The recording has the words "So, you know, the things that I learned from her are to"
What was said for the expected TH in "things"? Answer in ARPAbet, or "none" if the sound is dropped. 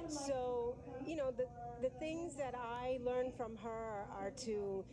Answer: TH